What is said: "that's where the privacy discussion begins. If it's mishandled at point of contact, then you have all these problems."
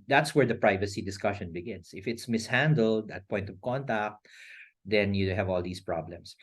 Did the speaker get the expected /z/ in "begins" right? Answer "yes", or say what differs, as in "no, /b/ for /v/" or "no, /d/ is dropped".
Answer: no, /s/ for /z/